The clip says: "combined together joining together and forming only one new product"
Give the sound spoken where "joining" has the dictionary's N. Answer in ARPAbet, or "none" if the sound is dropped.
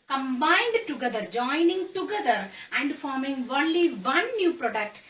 N